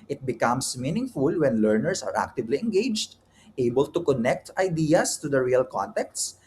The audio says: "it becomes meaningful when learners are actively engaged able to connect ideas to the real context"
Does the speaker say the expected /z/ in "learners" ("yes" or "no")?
no